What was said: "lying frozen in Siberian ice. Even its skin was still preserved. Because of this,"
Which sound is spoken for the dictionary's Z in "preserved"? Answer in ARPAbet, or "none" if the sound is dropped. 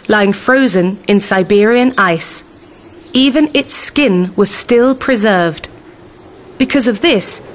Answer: Z